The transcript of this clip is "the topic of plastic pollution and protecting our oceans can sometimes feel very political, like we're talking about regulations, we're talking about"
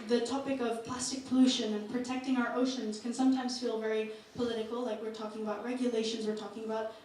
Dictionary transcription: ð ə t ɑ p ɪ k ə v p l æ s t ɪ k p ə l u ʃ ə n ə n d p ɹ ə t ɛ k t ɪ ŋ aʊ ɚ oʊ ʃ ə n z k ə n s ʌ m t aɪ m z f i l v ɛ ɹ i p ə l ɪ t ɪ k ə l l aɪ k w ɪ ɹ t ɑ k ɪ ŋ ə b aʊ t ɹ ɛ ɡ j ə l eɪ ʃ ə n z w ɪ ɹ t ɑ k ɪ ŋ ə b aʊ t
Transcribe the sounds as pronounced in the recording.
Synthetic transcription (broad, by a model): ð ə t ɑ p ɪ k ə v p l æ s t ɪ k p ə l u ʃ ə n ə n p ɹ ə t ɛ k t ɪ ŋ aʊ ɚ oʊ ʃ ə n z k ə n s ʌ m t aɪ m z f i l v ɛ ɹ i p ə l ɪ t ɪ k l l aɪ k w ɪ ɹ t ɑ k ɪ ŋ ə b aʊ t ɹ ɛ ɡ j ə l eɪ ʃ ə n z w ɪ ɹ t ɑ k ɪ ŋ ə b aʊ t